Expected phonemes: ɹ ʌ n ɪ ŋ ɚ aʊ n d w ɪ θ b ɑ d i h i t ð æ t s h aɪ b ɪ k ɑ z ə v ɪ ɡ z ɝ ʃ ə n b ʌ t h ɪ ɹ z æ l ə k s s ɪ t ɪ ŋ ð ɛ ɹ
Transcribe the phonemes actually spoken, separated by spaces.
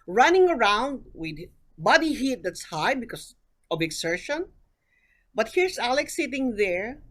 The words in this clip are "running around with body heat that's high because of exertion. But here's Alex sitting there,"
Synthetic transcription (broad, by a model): ɹ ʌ n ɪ ŋ ɚ aʊ n d w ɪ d b ɑ d i h i t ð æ t s h aɪ b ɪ k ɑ s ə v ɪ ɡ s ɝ ʃ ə n b ʌ t h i ɹ s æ l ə k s s ɪ t ɪ ŋ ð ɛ ɹ